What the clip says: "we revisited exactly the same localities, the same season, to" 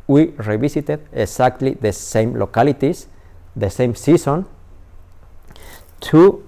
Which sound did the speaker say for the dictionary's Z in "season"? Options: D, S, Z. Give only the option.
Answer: S